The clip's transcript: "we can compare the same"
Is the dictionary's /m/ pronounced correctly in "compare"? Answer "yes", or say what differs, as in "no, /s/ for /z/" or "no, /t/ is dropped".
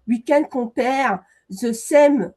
no, /m/ is dropped